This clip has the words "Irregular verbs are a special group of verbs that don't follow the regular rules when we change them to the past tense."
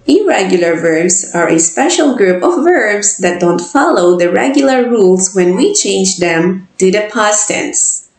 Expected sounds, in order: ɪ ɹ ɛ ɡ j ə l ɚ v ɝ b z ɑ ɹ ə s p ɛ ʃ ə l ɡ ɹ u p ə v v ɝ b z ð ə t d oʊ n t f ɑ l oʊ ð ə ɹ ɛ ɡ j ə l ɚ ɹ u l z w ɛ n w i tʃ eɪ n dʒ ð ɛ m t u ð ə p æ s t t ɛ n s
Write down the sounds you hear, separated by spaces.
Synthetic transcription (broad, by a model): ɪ ɹ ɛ ɡ j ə l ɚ v ɝ b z ɑ ɹ ə s p ɛ ʃ ə l ɡ ɹ u p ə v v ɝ b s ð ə t d oʊ n t f ɑ l oʊ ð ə ɹ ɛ ɡ j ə l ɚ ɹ u l s w ɛ n w i tʃ eɪ n dʒ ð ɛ m t u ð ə p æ s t t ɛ n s